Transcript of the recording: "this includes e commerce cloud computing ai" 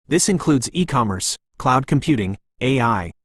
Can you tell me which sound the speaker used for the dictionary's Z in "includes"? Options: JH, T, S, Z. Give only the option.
Z